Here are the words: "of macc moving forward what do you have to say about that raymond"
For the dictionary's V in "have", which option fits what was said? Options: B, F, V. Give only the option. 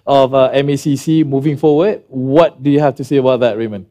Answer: F